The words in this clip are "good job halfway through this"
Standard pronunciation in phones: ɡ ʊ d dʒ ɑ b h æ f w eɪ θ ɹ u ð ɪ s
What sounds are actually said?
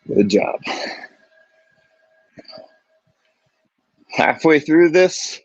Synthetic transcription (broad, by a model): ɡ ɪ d dʒ ɑ b h æ f w eɪ θ ɹ u ð ɪ s